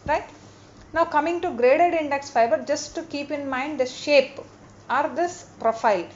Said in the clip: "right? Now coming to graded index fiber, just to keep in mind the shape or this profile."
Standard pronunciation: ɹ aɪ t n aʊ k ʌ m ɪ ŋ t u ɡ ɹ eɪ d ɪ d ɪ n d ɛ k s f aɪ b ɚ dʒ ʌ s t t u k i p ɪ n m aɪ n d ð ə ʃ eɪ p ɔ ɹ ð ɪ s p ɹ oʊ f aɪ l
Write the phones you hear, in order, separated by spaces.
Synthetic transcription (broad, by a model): ɹ aɪ t n aʊ k ʌ m ɪ ŋ t u ɡ ɹ eɪ d ɪ d ɪ n d ɛ k s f aɪ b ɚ dʒ ʌ s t t u k i p ɪ n m aɪ n d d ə ʃ eɪ p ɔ ɹ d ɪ s p ɹ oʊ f aɪ l